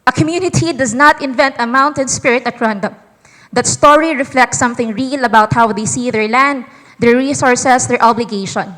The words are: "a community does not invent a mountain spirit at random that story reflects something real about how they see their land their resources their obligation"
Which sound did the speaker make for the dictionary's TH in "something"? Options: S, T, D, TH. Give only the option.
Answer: TH